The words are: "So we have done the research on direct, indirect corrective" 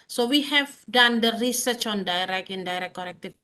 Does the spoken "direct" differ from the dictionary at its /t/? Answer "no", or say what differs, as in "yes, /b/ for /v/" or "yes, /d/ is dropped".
yes, /t/ is dropped